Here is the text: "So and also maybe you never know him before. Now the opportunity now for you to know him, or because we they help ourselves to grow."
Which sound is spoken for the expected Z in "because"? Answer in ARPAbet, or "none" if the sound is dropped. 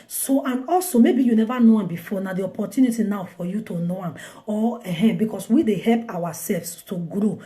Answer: S